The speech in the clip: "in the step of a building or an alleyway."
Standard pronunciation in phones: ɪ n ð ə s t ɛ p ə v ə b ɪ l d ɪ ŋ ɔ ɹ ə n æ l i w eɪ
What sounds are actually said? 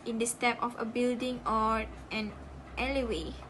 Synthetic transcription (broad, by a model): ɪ n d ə s t ɛ p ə f ə b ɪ l d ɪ ŋ ɔ ɹ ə n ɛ l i w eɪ